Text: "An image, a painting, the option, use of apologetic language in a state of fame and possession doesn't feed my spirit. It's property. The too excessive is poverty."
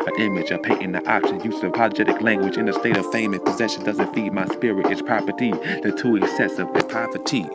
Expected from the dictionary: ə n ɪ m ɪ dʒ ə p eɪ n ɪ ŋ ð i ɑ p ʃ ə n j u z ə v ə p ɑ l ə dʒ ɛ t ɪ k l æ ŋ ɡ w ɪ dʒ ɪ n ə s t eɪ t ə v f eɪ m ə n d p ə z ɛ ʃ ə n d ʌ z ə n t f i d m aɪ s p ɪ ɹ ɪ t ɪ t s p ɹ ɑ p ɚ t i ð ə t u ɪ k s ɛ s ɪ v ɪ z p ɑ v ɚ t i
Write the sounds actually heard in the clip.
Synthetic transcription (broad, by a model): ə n ɪ m ɪ dʒ ə p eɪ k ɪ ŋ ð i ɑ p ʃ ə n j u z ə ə p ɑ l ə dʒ ɛ t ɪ k l æ ŋ ɡ w ɪ dʒ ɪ n ə s t eɪ t ə v f eɪ m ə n p ə z ɛ ʃ ə n d ʌ z ə n t f i d m aɪ s p ɪ ɹ ɪ t ɪ t s p ɹ ɑ p ɚ t i ð ə t u ɪ k s ɛ s ɪ v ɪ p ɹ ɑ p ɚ t i